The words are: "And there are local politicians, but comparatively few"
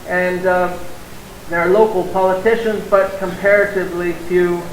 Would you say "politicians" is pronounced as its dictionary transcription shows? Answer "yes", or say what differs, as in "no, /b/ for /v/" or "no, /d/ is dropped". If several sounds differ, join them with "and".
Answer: yes